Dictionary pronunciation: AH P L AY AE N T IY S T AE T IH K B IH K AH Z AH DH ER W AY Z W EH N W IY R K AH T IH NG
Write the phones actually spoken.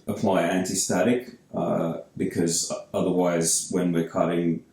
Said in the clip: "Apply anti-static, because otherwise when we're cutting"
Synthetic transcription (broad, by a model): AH P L AY AE N T IY S T AE T IH K B IH K AH Z AH DH ER W AY Z W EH N W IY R K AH T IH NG